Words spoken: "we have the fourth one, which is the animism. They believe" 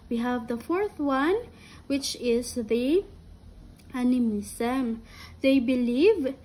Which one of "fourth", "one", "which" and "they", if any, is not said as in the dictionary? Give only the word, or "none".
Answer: none